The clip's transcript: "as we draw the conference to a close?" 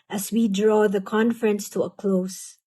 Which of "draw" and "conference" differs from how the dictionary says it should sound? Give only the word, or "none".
none